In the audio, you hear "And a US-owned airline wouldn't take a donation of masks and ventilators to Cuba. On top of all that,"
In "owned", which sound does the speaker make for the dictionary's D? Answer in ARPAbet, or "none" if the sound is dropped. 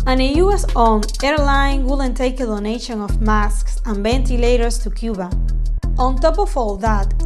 none